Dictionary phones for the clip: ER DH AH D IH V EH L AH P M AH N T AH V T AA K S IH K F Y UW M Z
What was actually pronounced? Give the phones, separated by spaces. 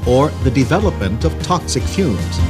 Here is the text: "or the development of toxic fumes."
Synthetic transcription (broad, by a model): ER DH AH D IH V EH L AH P M AH N T AH V T AA K S IH K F Y UW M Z